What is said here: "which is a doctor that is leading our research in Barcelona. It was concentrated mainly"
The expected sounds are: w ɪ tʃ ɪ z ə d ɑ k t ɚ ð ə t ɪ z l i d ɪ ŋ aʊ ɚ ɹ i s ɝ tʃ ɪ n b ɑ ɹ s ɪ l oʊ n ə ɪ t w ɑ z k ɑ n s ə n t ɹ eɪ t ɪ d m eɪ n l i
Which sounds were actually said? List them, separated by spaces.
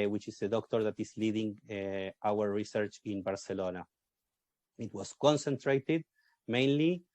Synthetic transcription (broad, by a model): w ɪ tʃ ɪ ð ə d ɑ k t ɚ ð ə t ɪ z l i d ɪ ŋ aʊ ɚ ɹ i s ɝ tʃ ɪ n b ɑ ɹ s ɪ l oʊ n ə ɪ t w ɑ s k ɑ n s ə n t ɹ eɪ t ɪ d m eɪ n l i